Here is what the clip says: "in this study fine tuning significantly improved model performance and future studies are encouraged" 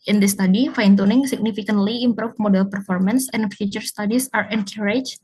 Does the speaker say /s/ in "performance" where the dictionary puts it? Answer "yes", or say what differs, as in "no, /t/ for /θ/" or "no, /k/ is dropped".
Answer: yes